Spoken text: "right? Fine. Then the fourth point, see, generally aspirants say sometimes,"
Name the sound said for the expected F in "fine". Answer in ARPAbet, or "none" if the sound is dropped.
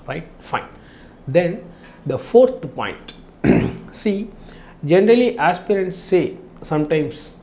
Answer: F